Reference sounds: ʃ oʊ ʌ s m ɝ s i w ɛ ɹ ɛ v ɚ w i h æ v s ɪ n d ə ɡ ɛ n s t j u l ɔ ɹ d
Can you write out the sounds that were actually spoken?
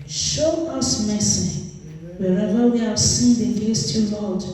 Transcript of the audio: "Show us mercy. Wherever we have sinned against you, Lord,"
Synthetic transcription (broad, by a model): ʃ oʊ ʌ s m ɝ s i w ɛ ɹ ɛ v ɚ w i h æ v s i n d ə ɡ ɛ s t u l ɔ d